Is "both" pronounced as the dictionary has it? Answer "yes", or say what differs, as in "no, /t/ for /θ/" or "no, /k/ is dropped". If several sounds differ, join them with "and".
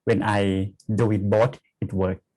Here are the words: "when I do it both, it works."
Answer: no, /t/ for /θ/